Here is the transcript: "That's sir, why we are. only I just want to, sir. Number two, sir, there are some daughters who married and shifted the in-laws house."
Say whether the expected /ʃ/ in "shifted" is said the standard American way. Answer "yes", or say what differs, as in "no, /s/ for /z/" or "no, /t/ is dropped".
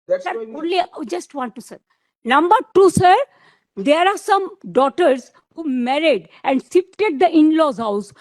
no, /s/ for /ʃ/